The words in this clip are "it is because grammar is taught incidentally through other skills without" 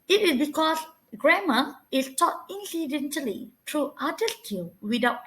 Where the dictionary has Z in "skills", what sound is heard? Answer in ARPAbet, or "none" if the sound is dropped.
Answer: none